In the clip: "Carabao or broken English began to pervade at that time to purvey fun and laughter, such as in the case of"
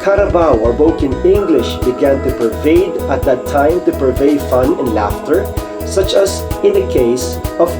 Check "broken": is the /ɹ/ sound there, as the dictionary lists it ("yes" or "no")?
no